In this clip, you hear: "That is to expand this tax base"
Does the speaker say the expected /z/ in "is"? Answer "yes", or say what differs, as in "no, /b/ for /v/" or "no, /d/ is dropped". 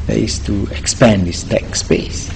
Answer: no, /s/ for /z/